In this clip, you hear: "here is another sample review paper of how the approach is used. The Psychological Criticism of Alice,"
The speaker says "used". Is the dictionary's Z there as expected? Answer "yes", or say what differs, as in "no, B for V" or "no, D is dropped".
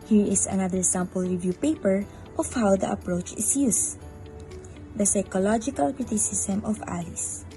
no, S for Z